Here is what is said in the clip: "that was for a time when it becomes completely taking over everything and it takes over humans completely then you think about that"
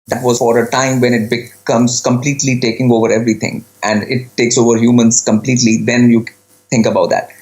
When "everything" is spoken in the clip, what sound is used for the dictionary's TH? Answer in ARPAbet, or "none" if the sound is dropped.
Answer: T